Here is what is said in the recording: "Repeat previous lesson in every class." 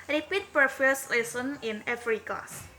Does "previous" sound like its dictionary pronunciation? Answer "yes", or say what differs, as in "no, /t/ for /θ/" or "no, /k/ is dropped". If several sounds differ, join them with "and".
no, /f/ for /v/